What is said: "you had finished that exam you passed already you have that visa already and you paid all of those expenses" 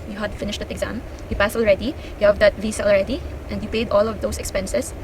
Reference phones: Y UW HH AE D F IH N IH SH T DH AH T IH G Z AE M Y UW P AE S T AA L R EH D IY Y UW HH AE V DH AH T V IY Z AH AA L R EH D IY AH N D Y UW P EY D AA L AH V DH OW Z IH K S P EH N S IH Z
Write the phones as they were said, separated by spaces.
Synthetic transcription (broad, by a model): Y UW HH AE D F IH N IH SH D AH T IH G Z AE M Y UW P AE S AA L R EH D IY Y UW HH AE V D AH T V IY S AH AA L R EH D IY AH N D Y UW P EY D AA L AH V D OW S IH K S P EH N S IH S